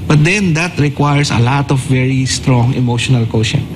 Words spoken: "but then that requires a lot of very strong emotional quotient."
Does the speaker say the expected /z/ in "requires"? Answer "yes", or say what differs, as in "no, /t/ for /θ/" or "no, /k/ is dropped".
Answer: no, /s/ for /z/